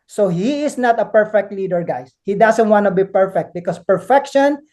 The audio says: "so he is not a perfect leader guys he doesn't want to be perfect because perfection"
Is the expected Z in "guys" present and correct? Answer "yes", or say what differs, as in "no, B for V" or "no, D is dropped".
no, S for Z